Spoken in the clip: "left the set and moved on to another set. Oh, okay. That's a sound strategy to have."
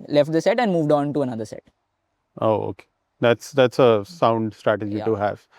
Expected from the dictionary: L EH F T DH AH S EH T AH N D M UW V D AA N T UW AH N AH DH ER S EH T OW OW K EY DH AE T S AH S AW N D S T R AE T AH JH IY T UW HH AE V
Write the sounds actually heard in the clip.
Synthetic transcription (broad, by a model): L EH F T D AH S EH T AH N D M UW V D AA N T UW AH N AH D ER S EH T OW OW K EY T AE T S AH S AW N D S T R AE T AH JH IY T UW HH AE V